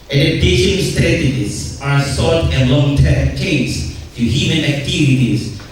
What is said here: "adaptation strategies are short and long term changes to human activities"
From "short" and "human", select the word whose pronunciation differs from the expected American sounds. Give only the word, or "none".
short